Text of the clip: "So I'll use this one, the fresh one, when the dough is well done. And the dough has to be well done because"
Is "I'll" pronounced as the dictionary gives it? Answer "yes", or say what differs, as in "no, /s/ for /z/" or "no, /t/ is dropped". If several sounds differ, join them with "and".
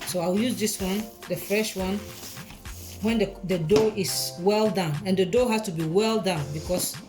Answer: no, /w/ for /l/